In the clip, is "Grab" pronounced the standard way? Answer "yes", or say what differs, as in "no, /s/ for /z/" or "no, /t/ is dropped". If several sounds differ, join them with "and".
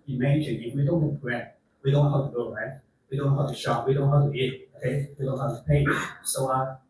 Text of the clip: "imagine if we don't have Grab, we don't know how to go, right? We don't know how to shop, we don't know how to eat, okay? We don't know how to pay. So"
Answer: no, /ɹ/ is dropped